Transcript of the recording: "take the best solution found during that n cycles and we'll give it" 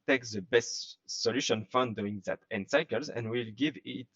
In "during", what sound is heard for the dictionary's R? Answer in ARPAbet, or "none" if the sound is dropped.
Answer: none